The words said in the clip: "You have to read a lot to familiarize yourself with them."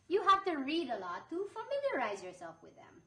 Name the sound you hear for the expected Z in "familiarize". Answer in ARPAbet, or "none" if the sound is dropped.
Z